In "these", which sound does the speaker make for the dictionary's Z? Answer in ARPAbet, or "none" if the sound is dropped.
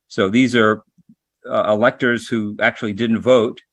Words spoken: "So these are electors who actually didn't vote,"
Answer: Z